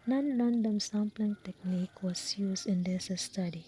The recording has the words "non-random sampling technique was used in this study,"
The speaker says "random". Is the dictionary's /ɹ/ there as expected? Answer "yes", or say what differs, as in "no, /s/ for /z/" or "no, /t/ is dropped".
no, /l/ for /ɹ/